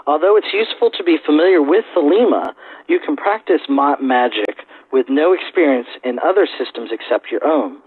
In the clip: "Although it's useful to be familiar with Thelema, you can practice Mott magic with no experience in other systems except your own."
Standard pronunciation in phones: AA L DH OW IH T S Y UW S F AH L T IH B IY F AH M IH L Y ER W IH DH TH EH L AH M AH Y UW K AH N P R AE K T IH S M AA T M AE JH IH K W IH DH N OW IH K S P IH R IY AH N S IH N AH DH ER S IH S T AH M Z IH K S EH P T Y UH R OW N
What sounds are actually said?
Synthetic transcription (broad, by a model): AA L DH OW IH T S Y UW S F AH L T IH B IY F AH M IH L Y ER W IH DH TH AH L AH M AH Y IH K N P R AE K T IH S M AA T M AE JH IH K W IH DH N OW IH K S P IH R IY AH N S IH N AH DH ER S IH S T AH M Z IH K S EH P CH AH R OW N